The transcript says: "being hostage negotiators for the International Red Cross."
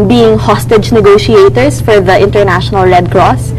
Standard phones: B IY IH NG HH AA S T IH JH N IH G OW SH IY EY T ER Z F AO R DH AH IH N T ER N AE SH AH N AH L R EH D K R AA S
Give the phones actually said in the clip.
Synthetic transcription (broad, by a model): B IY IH NG HH AA S T IH JH N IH G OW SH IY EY T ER S F AO R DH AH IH N T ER N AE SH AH N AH L R EH D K R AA S